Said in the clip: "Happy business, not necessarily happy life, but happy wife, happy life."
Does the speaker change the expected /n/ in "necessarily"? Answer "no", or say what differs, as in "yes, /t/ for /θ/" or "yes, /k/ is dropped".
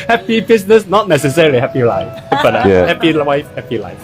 no